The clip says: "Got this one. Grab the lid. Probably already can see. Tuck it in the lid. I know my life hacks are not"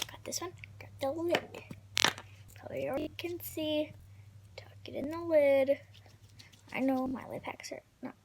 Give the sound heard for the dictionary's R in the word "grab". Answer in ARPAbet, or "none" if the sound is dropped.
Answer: none